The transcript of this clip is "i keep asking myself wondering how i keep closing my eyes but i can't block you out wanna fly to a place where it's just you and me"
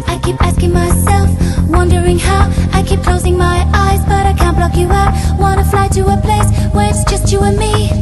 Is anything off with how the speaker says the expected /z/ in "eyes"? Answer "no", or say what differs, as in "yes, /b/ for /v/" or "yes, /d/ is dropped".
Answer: no